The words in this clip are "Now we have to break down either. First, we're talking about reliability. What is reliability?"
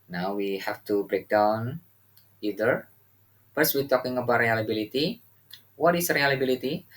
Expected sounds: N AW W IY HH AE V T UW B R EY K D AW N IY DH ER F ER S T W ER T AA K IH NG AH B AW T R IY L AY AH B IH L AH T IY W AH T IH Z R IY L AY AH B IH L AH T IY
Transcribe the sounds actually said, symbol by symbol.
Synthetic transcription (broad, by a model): N AW W IY HH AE F T UW B R EY K D AW N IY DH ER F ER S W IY T AA K IH NG AH B AW T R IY L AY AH B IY L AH T IY W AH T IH S R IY L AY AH B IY L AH T IY